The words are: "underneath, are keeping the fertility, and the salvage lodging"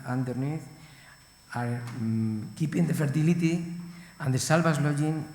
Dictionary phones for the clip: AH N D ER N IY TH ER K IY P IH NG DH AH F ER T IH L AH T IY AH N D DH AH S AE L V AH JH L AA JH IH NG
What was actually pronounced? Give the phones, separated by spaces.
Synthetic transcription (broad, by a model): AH N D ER N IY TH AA K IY P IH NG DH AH F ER T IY L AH T IY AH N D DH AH S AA L B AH Z L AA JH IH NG